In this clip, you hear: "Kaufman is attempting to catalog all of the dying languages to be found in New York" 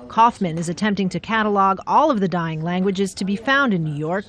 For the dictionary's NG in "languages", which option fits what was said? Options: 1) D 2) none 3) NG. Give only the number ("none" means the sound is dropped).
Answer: 3